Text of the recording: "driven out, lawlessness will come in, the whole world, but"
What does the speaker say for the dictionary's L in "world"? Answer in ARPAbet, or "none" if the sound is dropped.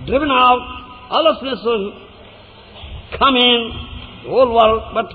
none